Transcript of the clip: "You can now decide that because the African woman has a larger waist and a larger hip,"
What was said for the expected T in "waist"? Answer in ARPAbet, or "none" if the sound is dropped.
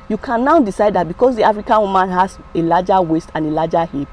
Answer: T